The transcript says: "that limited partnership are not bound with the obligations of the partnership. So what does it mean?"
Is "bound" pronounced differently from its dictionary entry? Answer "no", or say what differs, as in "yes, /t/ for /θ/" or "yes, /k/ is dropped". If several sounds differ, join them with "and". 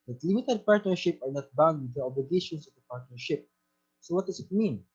no